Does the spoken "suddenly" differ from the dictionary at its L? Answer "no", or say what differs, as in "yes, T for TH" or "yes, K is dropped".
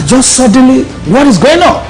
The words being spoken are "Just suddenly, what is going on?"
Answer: no